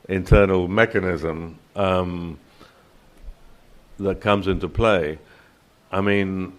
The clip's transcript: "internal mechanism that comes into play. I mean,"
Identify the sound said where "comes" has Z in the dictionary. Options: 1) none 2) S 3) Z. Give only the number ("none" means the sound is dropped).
3